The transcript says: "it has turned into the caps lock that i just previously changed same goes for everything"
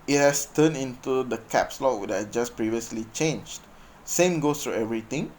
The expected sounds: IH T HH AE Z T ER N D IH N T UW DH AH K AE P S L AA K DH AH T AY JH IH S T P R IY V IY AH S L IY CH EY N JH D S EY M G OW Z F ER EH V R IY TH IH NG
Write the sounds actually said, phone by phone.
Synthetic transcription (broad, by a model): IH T HH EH S T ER N IH N T UW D AH K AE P S L AA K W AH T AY JH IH S P R IY V IY AH S L IY CH EY N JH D S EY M G OW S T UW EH V R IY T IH NG